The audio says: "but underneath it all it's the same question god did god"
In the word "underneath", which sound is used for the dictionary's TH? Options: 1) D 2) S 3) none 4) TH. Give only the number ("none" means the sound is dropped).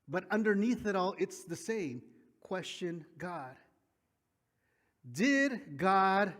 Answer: 4